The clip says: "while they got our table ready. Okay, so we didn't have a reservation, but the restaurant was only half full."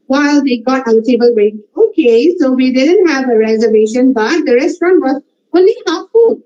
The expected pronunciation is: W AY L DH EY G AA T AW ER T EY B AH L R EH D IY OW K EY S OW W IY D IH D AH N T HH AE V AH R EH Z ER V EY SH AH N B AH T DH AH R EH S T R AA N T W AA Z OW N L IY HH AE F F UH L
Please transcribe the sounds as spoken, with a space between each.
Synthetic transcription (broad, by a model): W AY L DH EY G AA T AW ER T EY B AH L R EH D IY OW K EY S OW W IY D IH D AH N T HH AE V AH R EH Z ER V EY SH AH N B AH T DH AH R EH S T R AA N T W AA Z OW N L IY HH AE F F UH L